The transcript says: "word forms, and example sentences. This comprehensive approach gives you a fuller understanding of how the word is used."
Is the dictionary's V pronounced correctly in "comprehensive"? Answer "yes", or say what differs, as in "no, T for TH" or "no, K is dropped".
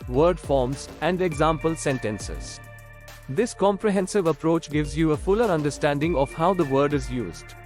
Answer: yes